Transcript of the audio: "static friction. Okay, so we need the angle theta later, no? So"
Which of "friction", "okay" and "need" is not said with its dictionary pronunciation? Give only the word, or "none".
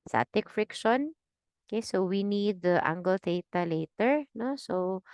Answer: none